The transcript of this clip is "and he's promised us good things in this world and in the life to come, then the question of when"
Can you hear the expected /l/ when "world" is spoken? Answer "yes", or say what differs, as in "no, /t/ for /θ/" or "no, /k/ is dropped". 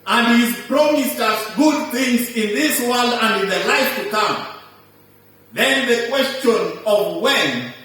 yes